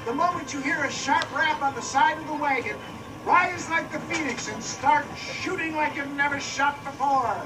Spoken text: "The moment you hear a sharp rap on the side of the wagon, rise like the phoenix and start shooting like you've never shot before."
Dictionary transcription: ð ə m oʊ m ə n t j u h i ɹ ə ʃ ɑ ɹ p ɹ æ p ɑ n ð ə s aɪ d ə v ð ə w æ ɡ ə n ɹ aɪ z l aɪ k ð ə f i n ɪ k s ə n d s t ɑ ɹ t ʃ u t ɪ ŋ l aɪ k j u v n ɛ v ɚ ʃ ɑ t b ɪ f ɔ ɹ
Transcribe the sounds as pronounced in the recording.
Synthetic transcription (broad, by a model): ð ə m oʊ m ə n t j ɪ h i ɹ ə ʃ ɑ ɹ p ɹ æ p n ð ə s aɪ d ə v ð ə w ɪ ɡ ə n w aɪ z l aɪ k ð ə f i n ɪ k s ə n s t ɑ ɹ t ʃ u t ɪ ŋ l aɪ k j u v n ɛ v ɚ ʃ ɑ t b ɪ f ɔ ɹ